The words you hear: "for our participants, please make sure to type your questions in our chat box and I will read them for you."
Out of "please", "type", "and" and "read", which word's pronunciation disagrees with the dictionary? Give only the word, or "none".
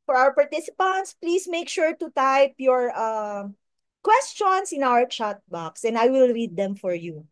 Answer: please